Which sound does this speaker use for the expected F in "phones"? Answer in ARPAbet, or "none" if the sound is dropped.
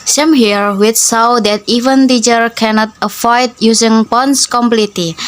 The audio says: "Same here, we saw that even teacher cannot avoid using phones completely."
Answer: P